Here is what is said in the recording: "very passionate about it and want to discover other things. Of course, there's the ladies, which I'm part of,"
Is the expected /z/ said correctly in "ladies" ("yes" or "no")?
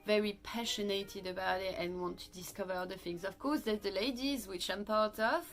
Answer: yes